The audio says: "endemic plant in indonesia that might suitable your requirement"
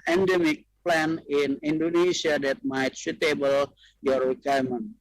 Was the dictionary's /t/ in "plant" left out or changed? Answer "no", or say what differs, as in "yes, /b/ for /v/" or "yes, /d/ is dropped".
yes, /t/ is dropped